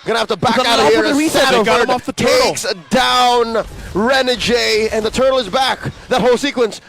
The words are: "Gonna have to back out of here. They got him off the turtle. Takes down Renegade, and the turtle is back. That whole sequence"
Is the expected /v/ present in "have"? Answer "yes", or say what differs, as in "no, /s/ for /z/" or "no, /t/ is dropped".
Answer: no, /f/ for /v/